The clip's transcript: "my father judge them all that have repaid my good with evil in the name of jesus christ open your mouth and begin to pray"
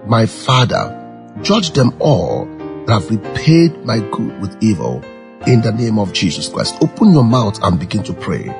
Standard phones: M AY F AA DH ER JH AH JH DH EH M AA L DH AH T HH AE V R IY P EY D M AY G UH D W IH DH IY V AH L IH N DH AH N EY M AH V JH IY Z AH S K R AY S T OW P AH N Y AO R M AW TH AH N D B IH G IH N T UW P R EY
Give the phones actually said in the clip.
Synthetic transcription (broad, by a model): M AY F AA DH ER JH AH JH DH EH M AA L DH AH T HH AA V R IY P EY D M AY G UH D W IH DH IY V AH L IH N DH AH N EY M AH V JH IY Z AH S K R AY S T OW P AH N Y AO M AW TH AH N B IH G IH N T UW P R EY